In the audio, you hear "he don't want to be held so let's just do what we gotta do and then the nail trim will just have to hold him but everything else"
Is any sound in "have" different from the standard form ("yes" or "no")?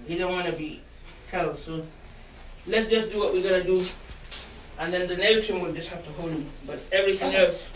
yes